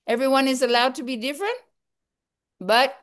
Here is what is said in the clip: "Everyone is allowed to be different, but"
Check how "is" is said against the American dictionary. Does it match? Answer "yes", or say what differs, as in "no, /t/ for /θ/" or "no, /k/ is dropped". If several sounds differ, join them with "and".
yes